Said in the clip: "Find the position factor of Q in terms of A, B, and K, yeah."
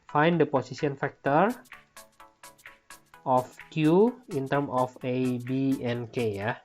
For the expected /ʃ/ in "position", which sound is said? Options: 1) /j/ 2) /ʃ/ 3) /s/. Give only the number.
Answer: 3